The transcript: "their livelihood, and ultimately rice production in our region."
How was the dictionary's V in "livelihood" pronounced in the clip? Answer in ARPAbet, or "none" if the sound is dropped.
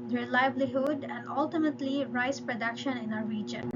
B